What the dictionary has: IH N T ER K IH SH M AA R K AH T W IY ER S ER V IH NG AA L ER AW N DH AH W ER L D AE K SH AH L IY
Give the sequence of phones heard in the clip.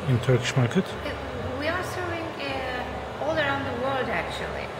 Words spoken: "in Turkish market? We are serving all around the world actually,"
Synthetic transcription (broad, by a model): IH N T ER K IH SH M AA R K AH T W IY ER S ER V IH NG AA L ER AW N DH AH W ER L D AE K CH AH L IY